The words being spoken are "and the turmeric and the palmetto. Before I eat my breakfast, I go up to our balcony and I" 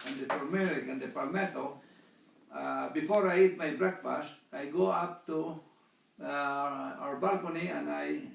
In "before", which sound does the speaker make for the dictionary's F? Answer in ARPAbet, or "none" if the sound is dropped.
F